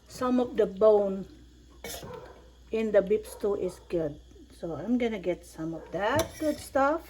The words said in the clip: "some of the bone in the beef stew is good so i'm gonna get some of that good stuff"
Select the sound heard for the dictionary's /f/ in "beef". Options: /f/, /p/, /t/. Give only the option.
/p/